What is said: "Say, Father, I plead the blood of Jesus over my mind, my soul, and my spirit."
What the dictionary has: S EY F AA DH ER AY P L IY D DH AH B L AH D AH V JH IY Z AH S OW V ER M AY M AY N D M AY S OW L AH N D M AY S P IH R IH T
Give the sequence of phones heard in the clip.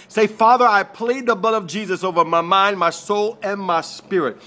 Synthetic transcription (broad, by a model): S EY F AA DH ER AY P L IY D DH AH B L AH D AH V JH IY Z AH S OW V ER M AY M AY N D M AY S OW L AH N M AY S P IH R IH T